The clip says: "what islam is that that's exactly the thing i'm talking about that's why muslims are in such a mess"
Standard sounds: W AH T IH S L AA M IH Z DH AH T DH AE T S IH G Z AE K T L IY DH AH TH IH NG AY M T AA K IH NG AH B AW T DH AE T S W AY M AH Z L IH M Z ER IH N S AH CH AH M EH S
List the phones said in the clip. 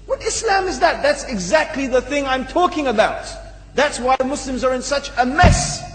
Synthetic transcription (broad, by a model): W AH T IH S L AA M IH Z DH AH T DH AE T S IH G Z AE K T L IY DH AH TH IH NG AY M T AA K IH NG AH B AW T DH AE T S W AY M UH S L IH M Z ER IH N S AH CH AH M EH S